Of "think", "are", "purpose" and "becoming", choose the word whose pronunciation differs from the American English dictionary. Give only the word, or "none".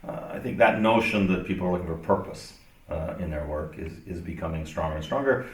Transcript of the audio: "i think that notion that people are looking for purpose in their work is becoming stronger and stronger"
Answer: none